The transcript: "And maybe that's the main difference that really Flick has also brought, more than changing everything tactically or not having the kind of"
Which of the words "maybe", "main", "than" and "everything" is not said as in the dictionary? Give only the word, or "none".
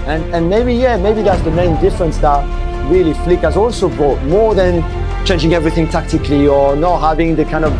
none